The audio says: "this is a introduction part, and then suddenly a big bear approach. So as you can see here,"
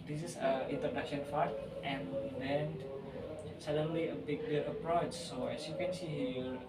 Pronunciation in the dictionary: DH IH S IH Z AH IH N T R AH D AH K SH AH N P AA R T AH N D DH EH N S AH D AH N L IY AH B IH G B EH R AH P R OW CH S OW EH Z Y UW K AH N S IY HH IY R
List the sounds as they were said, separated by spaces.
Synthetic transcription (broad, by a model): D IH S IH S AH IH N T R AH D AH K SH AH N F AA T T AH N D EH N S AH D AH N L IY AH B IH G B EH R AH P R OW CH S OW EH S Y UW K AH N S IY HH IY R